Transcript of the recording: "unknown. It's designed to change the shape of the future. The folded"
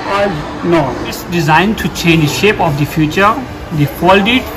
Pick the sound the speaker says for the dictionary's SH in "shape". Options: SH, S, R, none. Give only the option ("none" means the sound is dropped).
SH